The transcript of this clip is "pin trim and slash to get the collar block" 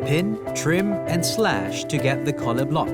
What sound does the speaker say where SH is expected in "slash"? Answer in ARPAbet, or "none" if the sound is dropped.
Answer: SH